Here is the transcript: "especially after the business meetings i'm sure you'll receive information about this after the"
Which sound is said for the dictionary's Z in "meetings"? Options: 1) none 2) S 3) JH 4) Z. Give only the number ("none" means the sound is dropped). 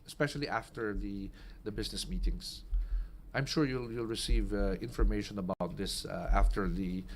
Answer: 2